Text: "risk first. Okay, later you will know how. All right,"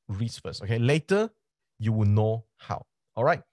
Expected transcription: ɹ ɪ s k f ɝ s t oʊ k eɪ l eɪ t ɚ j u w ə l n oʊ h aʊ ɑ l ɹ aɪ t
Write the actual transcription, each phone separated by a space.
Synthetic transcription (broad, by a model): ɹ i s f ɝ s oʊ k eɪ l eɪ t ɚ j u w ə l n oʊ h aʊ ɑ l ɹ aɪ t